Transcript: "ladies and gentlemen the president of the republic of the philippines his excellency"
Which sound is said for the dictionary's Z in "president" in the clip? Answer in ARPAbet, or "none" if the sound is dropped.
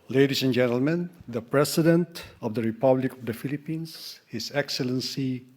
S